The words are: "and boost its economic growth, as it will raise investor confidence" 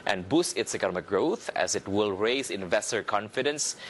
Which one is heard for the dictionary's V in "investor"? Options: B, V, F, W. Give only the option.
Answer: V